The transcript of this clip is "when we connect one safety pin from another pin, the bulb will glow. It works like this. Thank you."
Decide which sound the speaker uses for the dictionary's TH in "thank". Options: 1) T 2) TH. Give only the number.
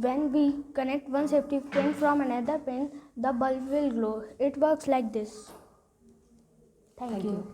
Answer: 1